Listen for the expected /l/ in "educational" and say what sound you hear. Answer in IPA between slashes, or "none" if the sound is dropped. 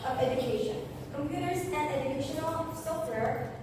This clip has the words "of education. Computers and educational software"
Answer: /l/